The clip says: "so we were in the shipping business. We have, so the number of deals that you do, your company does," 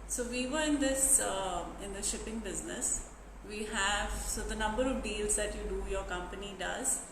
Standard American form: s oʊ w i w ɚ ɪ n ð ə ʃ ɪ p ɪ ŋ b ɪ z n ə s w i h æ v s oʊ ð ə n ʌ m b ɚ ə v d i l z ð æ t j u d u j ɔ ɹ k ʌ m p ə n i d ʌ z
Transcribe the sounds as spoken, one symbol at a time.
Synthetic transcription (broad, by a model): s oʊ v i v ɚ ɪ n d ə ʃ ɪ p ɪ ŋ b ɪ z n ə s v i h æ v s oʊ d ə n ʌ m b ɚ ə v d i l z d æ t j u d u j ɔ ɹ k ʌ m p ə n i d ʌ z